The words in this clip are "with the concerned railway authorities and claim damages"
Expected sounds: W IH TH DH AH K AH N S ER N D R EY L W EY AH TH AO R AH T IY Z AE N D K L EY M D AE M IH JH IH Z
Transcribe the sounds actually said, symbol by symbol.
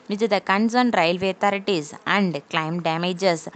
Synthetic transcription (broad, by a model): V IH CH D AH K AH N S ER N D R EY L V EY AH T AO R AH T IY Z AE N D K L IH M D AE M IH JH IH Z